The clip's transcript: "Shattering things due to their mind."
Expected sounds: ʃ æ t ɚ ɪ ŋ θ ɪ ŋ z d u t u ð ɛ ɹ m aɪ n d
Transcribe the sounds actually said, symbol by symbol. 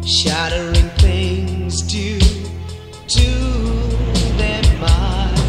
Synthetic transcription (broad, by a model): ʃ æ t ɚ ɪ ŋ θ ɪ ŋ z d u t u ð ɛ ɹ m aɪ